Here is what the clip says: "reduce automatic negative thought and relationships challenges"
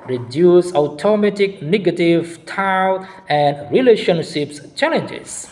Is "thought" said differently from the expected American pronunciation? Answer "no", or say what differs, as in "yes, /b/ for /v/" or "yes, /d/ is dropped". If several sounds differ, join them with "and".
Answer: yes, /t/ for /θ/